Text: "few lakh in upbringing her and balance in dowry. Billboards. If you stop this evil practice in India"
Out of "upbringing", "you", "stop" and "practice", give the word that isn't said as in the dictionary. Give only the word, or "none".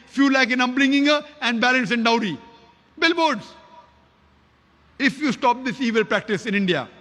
upbringing